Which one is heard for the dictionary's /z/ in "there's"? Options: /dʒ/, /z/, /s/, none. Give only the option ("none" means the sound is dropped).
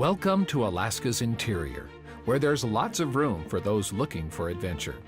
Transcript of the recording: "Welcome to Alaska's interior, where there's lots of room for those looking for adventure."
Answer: /z/